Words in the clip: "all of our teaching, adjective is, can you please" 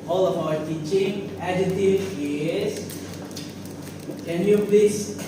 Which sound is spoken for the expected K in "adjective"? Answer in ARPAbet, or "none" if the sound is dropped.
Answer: none